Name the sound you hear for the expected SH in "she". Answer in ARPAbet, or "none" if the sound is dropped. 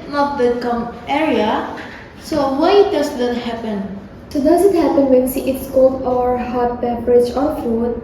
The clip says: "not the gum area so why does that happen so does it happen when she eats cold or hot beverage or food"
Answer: S